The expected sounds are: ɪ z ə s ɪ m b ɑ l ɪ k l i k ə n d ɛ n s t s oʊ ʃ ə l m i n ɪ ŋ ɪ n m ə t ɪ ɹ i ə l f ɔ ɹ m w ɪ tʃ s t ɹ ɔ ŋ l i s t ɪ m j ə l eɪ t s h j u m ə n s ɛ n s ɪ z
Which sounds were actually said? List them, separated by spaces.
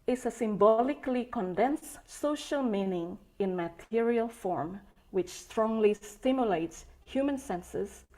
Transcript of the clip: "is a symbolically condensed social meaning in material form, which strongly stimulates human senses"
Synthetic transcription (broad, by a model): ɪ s ə s ɪ m b ɑ l ɪ k l i k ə n d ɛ n s s oʊ ʃ ə l m i n ɪ ŋ ɪ n m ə t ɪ ɹ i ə l f ɔ ɹ m w ɪ tʃ s t ɹ ɔ ŋ l i s t ɪ m j ə l eɪ t s h j u m ə n s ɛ n s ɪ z